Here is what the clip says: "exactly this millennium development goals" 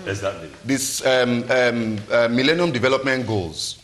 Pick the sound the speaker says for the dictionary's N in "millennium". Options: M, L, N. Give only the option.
N